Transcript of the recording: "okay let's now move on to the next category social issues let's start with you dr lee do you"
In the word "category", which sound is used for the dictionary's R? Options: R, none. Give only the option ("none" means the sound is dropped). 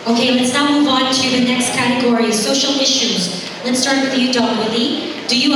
R